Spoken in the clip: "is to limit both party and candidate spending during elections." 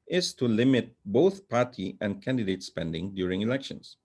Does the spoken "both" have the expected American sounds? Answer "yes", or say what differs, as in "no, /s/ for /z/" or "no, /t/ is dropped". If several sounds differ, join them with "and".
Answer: yes